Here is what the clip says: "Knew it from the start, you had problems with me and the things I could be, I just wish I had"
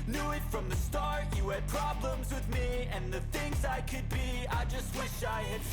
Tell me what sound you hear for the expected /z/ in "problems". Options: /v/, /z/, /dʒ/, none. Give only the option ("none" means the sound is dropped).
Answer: /z/